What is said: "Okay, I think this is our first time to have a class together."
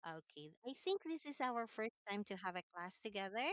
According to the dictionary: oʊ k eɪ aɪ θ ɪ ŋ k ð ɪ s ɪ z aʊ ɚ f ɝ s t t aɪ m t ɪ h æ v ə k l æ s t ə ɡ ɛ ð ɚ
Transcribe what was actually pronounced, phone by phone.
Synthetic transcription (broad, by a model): oʊ k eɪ aɪ θ ɪ ŋ k ð ɪ s ɪ z aʊ ɚ f ɝ s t t aɪ m t ɪ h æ v ə k l æ s t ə ɡ ɛ ð ɚ